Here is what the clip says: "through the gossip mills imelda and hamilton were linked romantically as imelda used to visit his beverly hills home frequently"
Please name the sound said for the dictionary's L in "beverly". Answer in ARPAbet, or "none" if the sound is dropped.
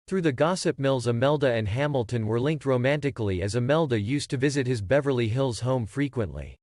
L